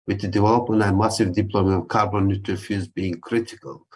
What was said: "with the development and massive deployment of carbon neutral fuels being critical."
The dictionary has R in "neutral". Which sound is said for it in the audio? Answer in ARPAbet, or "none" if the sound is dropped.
none